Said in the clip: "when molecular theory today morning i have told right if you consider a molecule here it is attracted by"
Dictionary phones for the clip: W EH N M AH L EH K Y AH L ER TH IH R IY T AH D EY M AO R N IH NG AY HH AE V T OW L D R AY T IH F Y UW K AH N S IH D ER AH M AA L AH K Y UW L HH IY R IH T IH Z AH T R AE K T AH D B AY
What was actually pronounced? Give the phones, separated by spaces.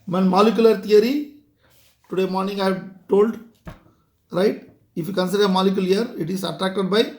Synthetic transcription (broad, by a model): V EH N M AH L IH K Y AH L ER T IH R IY T AH D EY M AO R N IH NG AY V T OW L D R AY T IH F Y UW K AH N S IH D ER AH M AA L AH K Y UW L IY R IH T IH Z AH T R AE K T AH D B AY